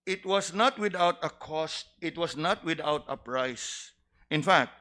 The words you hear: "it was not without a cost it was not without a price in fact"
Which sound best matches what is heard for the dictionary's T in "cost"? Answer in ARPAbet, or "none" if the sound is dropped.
T